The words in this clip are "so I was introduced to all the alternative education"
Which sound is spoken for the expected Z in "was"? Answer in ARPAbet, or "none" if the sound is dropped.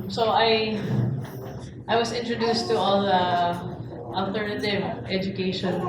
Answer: S